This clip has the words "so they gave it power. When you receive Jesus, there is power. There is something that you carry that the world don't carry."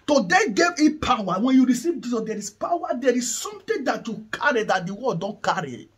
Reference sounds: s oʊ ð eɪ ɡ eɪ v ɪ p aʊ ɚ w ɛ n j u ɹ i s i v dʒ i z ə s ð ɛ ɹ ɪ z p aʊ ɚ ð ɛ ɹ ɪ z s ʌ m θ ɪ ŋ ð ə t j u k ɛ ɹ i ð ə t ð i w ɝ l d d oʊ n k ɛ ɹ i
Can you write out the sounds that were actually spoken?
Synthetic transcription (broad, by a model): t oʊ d eɪ ɡ eɪ v ɪ p aʊ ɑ w ɛ n j u ɹ i s i v dʒ i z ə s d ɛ ɹ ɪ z p aʊ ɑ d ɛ ɹ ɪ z s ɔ m t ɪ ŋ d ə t j u k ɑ ɹ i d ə t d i w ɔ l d d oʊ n k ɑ ɹ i